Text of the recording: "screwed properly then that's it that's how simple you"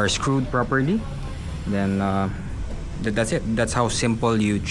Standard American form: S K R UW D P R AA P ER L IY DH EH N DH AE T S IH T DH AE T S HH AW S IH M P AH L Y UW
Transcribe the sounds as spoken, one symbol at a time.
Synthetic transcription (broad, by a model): S K R UW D P R AA P ER L IY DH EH N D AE T S IH T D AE T S HH AW S IH M P AH L Y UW